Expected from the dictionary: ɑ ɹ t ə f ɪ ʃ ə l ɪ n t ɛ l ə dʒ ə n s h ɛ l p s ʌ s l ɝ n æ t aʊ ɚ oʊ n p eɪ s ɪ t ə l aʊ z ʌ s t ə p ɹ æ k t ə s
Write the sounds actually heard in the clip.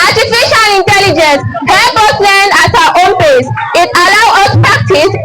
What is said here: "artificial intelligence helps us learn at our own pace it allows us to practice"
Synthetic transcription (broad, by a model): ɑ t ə f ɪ ʃ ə l ɪ n t ɛ l ə dʒ ə n s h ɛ p ʌ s l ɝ n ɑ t aʊ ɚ oʊ n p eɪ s ɪ t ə l aʊ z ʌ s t p ɹ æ k t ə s